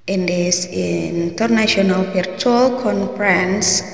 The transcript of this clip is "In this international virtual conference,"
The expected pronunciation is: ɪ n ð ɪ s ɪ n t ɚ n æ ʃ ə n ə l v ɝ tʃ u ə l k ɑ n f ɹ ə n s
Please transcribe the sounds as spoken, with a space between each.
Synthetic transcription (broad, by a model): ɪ n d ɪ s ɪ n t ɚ n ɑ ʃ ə n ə l p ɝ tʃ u l k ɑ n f ɹ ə n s